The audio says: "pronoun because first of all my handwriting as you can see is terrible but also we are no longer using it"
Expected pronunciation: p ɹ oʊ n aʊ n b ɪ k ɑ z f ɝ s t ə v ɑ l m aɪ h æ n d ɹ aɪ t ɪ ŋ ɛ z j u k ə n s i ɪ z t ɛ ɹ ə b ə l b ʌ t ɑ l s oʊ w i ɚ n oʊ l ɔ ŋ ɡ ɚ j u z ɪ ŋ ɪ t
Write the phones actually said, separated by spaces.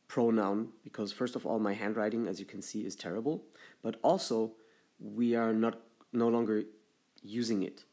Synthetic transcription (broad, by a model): p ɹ oʊ n aʊ n b ɪ k ɑ z f ɝ s t ə v ɑ l m aɪ h æ n d ɹ aɪ t ɪ ŋ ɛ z j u k n s i ɪ z t ɛ ɹ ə b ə l b ʌ t ɑ l s oʊ w i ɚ n oʊ l ɔ ŋ ɡ ɚ j u z ɪ ŋ ɪ t